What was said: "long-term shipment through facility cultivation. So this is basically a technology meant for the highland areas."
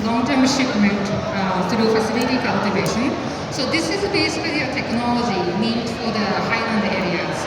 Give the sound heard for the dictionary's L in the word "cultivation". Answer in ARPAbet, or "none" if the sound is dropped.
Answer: L